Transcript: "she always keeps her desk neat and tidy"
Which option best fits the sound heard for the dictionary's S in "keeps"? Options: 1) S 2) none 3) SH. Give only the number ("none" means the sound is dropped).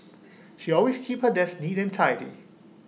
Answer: 2